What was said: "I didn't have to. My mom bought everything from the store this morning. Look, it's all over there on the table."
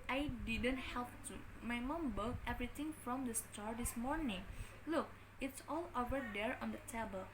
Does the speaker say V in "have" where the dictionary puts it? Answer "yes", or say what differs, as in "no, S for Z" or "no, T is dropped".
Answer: no, P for V